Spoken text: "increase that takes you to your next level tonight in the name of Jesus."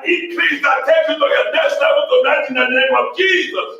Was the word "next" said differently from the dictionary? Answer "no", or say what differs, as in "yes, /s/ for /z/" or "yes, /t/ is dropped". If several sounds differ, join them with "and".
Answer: yes, /k/ is dropped